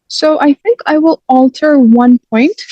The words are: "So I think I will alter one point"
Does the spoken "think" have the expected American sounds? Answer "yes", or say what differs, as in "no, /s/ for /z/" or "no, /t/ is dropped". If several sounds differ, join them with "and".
yes